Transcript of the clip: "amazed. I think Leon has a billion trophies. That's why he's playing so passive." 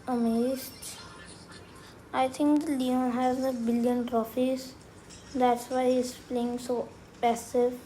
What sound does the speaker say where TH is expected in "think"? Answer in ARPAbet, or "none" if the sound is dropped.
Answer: T